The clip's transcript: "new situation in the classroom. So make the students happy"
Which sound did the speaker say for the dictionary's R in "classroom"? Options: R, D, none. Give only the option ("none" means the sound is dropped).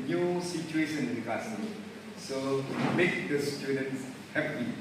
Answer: none